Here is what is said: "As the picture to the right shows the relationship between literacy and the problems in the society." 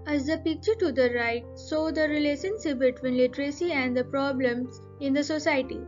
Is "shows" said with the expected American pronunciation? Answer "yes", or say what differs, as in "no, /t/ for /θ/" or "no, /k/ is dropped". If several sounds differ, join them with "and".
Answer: no, /s/ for /ʃ/